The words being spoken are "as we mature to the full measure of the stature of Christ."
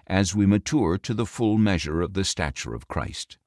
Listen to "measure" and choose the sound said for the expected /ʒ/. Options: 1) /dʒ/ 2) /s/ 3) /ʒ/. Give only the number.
3